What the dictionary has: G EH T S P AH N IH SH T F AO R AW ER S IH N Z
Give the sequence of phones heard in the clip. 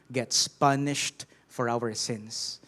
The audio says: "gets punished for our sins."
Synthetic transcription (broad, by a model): G EH T S P AH N IH SH T F AO R AW ER S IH N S